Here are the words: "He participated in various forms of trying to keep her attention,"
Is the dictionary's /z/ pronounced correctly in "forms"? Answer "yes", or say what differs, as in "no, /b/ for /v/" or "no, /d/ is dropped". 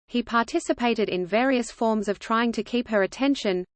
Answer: yes